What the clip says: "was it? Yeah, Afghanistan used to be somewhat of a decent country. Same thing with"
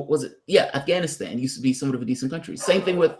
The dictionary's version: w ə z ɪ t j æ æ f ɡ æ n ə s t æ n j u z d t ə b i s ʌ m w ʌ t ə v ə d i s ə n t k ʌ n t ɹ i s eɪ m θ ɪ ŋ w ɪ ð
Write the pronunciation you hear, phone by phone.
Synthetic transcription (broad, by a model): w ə z ɪ t j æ æ f ɡ æ n ə s t æ n j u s t ə b i s ʌ m w ʌ t ə v ə d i s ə n k ʌ n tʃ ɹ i s eɪ m θ ɪ ŋ w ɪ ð